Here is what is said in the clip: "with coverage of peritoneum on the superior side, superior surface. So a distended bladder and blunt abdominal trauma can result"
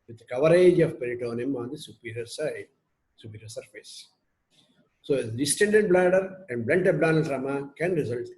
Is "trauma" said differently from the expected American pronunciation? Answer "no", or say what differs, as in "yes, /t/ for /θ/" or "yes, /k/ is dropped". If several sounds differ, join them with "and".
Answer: yes, /s/ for /t/